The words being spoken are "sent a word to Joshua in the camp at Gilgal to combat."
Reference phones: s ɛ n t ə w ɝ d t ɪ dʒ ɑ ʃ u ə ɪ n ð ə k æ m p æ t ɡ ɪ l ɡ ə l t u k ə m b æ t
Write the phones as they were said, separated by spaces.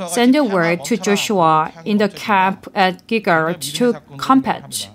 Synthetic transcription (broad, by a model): s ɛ n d ə w ɝ d t ɪ dʒ ɑ ʃ u ə ɪ n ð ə k æ m p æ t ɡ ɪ ɡ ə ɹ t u k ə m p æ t